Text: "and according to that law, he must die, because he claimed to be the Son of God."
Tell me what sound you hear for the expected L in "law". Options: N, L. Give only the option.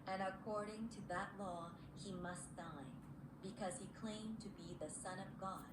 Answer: L